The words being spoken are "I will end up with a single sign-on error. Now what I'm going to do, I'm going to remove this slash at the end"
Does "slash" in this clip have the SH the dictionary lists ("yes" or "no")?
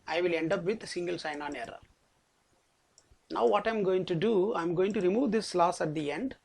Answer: no